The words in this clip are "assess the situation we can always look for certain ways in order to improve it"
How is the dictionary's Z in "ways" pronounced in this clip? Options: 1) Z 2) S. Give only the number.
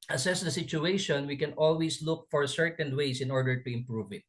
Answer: 2